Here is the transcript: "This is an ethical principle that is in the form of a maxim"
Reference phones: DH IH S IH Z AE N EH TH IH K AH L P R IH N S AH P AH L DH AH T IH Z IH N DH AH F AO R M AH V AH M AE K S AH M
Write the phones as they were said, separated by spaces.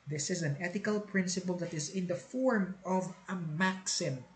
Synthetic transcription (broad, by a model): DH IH S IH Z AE N EH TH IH K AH L P R IH N S AH P AH L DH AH T IH Z IH N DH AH F AO R M AH V AH M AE K S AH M